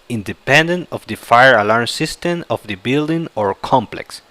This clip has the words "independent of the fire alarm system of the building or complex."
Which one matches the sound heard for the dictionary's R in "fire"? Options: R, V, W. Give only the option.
R